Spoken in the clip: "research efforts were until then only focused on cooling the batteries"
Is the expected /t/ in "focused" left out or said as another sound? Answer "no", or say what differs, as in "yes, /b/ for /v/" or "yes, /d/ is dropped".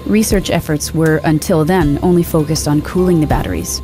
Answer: no